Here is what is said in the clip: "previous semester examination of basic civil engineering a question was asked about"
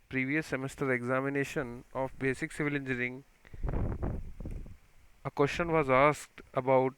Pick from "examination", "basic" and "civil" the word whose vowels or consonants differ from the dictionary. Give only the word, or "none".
none